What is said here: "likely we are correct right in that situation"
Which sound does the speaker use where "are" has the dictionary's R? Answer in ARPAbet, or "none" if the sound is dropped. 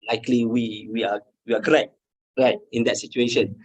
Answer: W